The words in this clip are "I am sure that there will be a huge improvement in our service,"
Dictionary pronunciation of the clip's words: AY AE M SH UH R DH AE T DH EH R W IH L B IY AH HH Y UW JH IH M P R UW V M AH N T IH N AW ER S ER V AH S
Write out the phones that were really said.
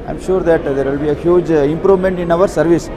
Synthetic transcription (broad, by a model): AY M SH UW R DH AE T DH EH R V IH L B IY AH HH Y UW JH IH M P R UW V M AH N T IH N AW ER S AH V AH S